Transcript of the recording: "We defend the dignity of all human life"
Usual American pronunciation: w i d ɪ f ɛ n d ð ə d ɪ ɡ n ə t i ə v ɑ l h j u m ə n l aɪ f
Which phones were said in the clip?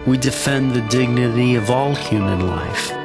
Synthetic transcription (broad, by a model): w i d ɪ f ɛ n ð ə d ɪ ɡ n ə t i ə v ɑ l h j u m ə n l aɪ f